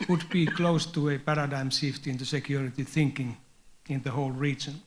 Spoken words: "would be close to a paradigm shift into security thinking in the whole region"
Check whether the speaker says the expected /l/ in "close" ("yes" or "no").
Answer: yes